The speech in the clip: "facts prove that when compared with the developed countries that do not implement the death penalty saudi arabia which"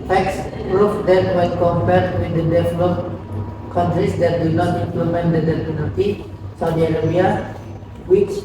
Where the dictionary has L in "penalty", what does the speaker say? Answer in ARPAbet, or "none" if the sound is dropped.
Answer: none